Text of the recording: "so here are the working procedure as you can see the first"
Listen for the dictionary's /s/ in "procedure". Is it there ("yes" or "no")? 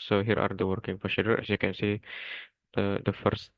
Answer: no